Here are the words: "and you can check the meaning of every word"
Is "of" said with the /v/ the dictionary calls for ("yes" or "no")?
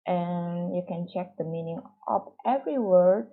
no